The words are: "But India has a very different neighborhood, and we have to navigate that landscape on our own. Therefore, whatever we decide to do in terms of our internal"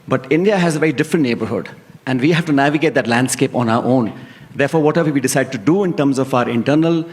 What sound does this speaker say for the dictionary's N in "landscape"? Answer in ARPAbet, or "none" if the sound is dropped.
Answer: N